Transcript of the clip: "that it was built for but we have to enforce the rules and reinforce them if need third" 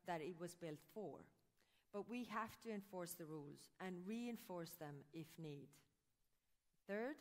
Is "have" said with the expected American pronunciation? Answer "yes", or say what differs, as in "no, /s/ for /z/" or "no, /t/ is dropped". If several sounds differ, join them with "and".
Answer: no, /f/ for /v/